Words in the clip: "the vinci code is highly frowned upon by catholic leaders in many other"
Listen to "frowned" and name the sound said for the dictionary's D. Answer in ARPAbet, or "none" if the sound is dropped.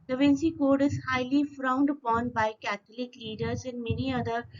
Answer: D